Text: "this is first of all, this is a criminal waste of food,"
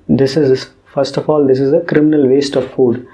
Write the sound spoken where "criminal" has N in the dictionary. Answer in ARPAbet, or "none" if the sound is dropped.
N